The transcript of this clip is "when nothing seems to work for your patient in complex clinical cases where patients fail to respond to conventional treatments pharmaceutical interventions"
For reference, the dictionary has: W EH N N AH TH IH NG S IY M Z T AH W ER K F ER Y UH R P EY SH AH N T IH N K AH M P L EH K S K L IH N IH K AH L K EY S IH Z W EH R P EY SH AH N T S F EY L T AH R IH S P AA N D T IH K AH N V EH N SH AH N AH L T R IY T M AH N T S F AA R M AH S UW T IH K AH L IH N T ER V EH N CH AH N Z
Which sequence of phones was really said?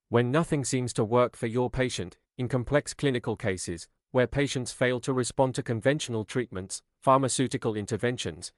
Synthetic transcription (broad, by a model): W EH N N AH TH IH NG S IY M Z T AH W ER K F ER Y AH R P EY SH AH N T IH N K AH M P L EH K S K L IH N IH K AH L K EY S IH Z W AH R P EY SH AH N T S F EY L T AH R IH S P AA N T IH K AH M V EH N SH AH N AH L T R IY T M AH N T S F AA R M AH S UW T IH K AH L IH N T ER V EH N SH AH N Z